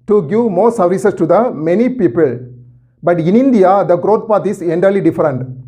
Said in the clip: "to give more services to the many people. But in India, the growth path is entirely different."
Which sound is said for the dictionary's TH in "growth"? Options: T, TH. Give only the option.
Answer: T